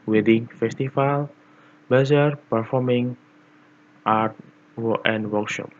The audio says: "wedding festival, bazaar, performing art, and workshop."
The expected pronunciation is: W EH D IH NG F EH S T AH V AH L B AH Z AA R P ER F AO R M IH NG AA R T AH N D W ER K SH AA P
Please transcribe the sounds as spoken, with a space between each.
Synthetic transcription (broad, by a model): W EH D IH NG F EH S T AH F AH L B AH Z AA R P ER F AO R M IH NG AA R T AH N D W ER K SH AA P